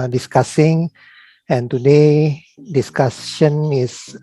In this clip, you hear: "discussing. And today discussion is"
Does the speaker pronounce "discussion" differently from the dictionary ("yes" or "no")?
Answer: yes